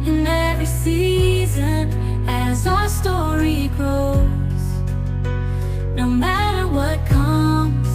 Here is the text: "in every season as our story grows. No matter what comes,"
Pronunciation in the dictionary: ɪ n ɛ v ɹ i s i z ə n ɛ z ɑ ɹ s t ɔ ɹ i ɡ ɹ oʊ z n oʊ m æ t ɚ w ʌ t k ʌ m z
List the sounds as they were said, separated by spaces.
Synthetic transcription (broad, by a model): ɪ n ɛ v ɹ i s i z ə n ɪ z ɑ s t ɔ ɹ i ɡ oʊ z n oʊ m æ t ɚ w ʌ t k ʌ m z